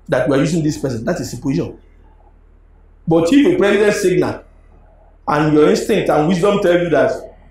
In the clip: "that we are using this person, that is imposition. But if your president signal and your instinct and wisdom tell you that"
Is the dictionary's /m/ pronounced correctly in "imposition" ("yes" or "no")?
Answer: no